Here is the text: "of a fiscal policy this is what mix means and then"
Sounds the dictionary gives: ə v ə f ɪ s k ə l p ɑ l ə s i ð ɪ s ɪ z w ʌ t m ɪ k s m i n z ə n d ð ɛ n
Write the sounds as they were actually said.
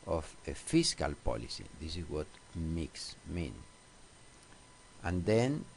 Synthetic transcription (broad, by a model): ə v ə f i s k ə l p ɑ l ə s i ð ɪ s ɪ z w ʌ t m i k s m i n ə n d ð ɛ n